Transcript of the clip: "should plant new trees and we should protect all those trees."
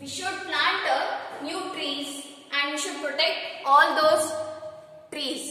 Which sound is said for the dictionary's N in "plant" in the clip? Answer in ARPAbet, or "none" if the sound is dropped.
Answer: none